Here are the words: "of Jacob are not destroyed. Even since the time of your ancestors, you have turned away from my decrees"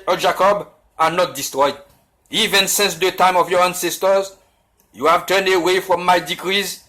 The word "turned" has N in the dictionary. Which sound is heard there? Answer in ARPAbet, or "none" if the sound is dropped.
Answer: N